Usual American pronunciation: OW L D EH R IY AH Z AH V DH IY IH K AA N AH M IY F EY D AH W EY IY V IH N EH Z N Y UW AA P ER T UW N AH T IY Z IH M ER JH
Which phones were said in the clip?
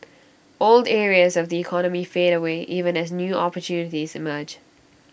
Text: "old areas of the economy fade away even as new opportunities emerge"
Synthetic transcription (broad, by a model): OW L D EH R IY AH Z AH V DH IY IH K AA N AH M IY F EY D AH W EY IY V IH N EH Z N Y UW AA P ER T UW N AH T IY Z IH M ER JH